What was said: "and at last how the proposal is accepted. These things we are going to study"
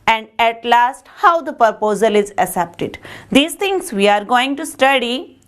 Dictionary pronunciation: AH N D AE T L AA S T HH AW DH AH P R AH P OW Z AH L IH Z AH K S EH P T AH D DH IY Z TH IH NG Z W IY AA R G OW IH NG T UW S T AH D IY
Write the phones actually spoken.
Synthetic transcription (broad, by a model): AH N D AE T L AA S T HH AW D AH P R P OW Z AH L IH Z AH S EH P T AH D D IY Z T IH NG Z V IY AA R G OW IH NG T UW S T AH D IY